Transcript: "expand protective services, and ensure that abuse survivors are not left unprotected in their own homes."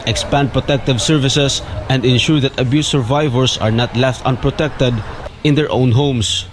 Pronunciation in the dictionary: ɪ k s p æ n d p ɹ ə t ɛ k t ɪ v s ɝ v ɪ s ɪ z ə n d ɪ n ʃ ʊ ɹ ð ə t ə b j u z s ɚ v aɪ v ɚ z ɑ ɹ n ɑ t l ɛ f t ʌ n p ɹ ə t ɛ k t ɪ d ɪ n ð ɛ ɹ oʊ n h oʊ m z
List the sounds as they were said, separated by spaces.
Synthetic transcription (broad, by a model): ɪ k s p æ n d p ɹ ə t ɛ k t ɪ v s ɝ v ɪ s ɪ s ə n d ɪ n ʃ ʊ ɹ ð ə t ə b j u s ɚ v aɪ v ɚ s ɑ ɹ n ɑ t l ɛ f t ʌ n p ɹ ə t ɛ k t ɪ d ɪ n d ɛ ɹ oʊ n h oʊ m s